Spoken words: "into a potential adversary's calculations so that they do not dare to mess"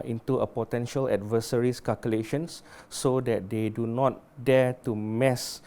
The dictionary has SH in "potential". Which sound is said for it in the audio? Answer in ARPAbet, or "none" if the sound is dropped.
SH